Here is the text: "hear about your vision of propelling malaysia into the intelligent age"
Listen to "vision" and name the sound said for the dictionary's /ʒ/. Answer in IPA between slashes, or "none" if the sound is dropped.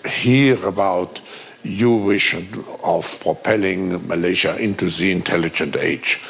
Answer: /ʃ/